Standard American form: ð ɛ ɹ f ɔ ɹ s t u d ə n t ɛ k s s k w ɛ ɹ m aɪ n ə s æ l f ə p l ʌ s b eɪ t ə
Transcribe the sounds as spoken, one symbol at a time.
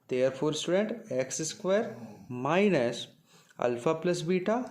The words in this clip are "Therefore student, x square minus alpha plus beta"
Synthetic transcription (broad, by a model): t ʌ ɹ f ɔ ɹ s t u d ə n t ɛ k s s k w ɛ ɹ m aɪ n ə s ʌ l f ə p l ʌ s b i t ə